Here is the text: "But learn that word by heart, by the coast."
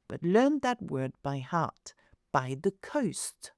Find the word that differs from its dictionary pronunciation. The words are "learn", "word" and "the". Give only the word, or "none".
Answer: none